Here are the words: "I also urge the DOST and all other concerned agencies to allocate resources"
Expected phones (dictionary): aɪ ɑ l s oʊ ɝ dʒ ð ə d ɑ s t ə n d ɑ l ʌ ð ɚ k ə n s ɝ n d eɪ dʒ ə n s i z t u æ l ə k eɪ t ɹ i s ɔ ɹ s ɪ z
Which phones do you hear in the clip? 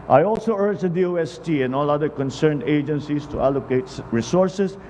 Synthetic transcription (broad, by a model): aɪ ɑ l s oʊ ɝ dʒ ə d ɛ s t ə n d ɑ l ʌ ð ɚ k ə n s ɝ n d eɪ dʒ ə n s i s t u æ l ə k eɪ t ɹ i s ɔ ɹ s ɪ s